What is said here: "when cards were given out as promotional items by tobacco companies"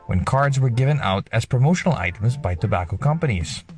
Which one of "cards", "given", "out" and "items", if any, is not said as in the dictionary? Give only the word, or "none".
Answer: none